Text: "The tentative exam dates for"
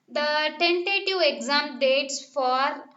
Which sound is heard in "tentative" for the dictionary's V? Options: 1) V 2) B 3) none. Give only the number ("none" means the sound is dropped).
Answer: 3